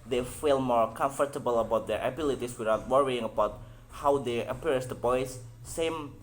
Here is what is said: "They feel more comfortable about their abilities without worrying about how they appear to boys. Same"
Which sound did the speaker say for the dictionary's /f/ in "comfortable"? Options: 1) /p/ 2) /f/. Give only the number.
2